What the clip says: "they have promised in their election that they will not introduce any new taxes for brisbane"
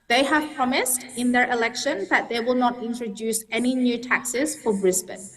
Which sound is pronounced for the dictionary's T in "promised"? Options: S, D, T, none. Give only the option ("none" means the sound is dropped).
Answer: T